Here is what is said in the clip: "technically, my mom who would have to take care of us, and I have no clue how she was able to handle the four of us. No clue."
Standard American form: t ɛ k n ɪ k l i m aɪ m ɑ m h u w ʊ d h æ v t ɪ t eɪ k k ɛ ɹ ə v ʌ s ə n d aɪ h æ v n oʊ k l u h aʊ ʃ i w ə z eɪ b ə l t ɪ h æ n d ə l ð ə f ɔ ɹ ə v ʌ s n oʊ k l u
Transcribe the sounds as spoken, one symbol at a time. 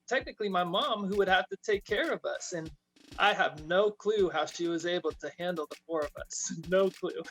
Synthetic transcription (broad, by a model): t ɛ k n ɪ k l i m aɪ m ɑ m h u w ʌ d h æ f t ɪ t eɪ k k ɛ ɹ ə v ʌ s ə n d aɪ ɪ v n oʊ k l u h aʊ ʃ i w ə z eɪ b l t ɪ h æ n d l ð ə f ɔ ɹ ə v ʌ s n oʊ k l u